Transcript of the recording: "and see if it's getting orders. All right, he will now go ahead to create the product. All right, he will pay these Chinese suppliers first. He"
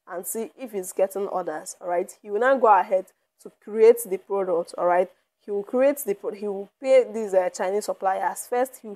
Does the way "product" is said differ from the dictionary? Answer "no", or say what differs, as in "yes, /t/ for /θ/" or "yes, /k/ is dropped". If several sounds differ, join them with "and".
no